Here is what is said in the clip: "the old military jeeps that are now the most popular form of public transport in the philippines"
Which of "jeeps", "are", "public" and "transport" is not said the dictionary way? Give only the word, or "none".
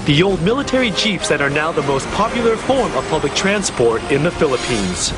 jeeps